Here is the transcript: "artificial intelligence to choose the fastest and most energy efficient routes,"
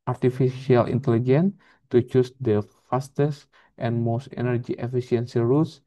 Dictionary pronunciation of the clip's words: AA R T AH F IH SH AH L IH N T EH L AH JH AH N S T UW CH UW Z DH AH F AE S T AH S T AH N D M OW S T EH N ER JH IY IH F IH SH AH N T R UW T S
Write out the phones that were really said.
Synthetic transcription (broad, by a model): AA R T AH F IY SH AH L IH N T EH L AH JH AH N T UW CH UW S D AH F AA S T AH S T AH N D M OW S T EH N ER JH IY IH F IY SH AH N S R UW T S